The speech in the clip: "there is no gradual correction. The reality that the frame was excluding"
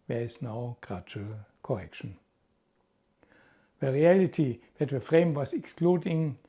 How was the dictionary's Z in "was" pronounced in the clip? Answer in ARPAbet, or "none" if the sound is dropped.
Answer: S